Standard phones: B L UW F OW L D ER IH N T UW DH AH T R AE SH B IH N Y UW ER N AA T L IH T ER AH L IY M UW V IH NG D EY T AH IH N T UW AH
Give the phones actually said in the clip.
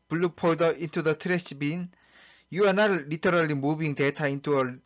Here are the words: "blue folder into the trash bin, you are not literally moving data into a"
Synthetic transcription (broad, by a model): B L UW P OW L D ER IH N T UW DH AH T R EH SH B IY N Y UW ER N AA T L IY T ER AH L IY M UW B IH NG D EY T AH IH N T UW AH